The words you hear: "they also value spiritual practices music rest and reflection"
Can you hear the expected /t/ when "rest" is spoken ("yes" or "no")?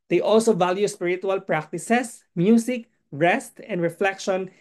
yes